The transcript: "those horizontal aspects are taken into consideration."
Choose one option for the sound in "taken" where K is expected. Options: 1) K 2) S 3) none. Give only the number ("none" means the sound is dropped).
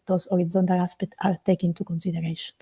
3